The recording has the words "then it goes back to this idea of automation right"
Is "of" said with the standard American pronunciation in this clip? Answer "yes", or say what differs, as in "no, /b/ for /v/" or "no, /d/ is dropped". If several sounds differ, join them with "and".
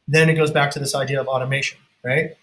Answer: yes